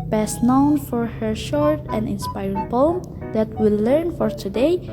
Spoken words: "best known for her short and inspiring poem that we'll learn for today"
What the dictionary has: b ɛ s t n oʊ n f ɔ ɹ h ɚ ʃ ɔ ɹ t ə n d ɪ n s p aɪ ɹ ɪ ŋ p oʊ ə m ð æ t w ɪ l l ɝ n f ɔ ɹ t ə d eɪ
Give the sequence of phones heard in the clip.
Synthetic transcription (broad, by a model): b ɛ s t n oʊ n f ɔ ɹ h ɚ ʃ ɔ ɹ t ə n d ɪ n s p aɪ ɹ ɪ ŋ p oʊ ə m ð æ t w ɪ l l ɝ n f ɔ ɹ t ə d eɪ